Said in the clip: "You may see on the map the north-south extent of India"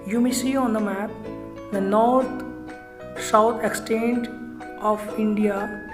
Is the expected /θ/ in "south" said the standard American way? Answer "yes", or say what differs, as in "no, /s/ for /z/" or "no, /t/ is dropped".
no, /t/ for /θ/